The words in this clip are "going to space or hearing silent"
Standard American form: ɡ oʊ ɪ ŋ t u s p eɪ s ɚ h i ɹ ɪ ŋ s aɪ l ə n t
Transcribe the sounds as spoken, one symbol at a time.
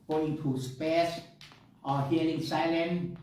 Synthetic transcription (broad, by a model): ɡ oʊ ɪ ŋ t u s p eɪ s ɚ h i l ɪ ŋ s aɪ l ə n